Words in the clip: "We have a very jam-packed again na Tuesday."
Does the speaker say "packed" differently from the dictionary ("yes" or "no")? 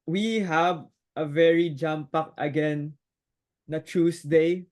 yes